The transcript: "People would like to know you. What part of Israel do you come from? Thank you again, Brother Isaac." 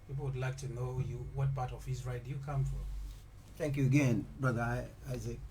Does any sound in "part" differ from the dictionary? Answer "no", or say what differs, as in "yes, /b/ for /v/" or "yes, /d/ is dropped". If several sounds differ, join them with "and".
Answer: yes, /b/ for /p/